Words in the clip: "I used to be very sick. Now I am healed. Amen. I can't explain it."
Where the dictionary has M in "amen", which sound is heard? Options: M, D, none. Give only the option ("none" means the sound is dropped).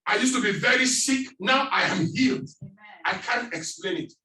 none